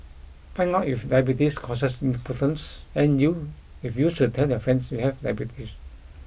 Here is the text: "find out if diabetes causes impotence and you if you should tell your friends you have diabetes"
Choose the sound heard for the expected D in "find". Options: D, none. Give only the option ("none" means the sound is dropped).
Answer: none